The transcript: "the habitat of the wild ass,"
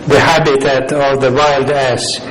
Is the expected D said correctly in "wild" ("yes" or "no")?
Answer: yes